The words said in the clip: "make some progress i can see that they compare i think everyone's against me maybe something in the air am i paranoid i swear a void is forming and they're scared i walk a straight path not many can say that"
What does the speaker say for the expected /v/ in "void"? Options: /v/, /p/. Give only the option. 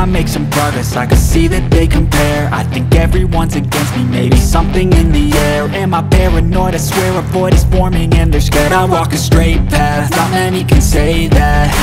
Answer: /p/